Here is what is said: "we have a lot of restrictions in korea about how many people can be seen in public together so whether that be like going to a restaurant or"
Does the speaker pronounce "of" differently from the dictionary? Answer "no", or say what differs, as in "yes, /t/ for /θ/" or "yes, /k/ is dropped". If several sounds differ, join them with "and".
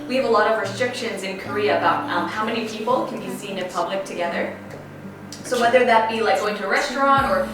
no